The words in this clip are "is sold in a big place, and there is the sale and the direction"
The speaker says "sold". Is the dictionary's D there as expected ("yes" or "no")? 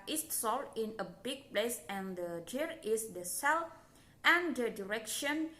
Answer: no